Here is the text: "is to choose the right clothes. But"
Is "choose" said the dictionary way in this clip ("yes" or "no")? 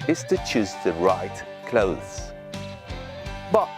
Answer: yes